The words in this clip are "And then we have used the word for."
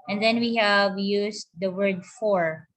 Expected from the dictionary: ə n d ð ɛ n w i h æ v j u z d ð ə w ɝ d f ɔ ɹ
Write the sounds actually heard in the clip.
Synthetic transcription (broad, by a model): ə n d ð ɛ n w i h æ v j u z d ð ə w ɝ d f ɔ ɹ